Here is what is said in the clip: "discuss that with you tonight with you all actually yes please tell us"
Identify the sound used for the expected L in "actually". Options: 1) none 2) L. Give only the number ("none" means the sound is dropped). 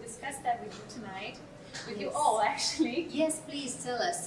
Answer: 2